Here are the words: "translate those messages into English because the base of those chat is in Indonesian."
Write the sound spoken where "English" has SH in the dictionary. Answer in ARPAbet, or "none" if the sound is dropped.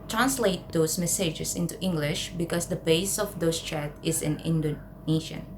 SH